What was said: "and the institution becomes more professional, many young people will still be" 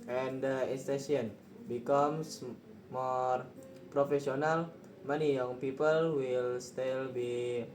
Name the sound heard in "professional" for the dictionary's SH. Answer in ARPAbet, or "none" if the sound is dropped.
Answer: S